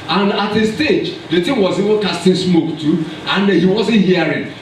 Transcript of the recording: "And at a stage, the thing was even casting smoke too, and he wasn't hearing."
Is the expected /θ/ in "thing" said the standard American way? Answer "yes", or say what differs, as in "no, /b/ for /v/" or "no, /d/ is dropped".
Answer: no, /t/ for /θ/